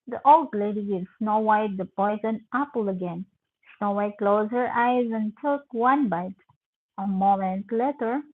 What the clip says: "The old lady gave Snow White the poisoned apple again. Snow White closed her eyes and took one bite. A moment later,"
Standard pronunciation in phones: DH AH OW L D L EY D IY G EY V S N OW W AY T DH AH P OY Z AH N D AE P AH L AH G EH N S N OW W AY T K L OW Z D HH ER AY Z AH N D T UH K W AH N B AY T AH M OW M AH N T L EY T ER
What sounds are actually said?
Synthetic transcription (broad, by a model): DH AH OW L D L EY D IY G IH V S N OW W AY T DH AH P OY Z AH N AE P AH L AH G EH N S N OW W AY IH K L OW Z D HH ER AY Z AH N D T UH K W AH N B AY T AH M OW M AH N T L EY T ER